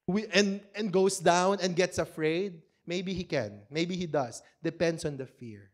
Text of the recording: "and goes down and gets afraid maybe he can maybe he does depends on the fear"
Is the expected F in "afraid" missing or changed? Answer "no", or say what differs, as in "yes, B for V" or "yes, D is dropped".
no